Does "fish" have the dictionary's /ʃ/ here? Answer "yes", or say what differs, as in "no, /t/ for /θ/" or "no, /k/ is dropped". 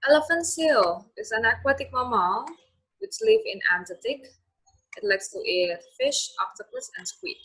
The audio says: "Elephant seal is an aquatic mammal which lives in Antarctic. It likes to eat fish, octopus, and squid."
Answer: yes